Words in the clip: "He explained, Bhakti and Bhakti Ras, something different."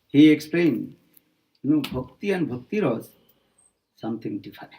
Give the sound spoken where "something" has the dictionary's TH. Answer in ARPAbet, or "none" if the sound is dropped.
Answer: T